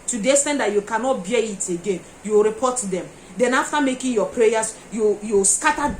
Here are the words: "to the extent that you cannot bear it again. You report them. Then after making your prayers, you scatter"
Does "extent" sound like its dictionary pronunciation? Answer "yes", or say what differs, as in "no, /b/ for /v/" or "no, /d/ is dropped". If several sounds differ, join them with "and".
no, /k/ is dropped